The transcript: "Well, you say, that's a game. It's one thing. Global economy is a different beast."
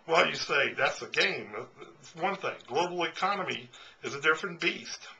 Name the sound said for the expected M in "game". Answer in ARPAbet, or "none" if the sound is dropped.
none